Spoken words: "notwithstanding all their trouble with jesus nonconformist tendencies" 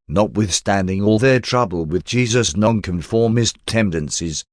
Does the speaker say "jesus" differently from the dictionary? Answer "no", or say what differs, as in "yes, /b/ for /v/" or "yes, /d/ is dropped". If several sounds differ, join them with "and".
no